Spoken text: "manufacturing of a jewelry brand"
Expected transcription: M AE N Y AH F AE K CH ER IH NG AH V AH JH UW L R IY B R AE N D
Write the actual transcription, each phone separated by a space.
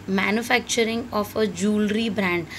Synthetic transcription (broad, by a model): M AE N Y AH F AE K CH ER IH NG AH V AH JH UW L R IY B R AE N D